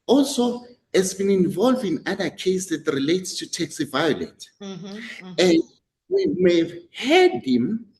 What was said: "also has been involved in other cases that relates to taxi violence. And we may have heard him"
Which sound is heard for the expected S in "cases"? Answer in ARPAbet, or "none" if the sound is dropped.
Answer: none